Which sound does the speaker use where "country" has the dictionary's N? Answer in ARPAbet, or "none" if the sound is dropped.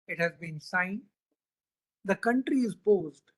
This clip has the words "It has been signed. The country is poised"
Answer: N